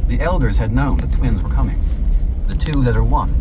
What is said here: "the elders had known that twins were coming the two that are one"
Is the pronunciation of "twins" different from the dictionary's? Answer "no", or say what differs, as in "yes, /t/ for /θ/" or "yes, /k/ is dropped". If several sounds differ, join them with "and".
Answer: no